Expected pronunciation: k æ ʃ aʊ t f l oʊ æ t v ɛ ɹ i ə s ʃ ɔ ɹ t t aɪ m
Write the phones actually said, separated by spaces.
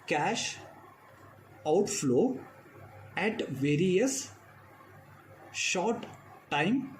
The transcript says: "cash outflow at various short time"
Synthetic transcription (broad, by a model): k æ ʃ aʊ t f l oʊ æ t v ɛ ɹ i ə s ʃ ɔ ɹ t t aɪ m